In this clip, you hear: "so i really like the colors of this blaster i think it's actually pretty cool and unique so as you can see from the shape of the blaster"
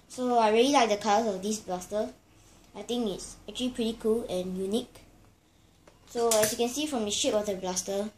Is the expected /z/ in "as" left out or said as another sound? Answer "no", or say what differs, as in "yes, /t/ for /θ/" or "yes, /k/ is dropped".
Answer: yes, /s/ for /z/